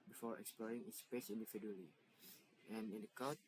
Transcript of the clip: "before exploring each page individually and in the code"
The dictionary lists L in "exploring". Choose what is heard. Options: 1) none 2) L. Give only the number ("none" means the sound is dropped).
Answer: 2